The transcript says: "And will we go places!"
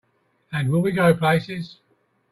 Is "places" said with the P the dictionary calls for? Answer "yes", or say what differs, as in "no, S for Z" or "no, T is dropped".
yes